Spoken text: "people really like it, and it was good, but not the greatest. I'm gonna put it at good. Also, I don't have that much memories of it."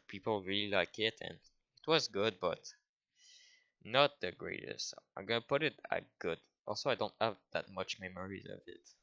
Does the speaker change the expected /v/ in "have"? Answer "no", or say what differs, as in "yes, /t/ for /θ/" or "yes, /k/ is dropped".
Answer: no